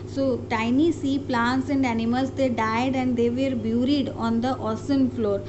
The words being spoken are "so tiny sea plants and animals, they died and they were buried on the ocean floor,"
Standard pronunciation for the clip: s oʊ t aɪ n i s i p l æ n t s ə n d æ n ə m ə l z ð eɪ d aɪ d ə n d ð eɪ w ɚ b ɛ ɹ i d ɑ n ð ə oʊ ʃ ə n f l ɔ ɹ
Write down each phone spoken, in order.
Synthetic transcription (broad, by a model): s oʊ t aɪ n i s i p l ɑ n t s ə n d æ n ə m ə l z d eɪ d aɪ d ə n d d eɪ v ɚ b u ɹ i d ɑ n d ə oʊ s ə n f l ɔ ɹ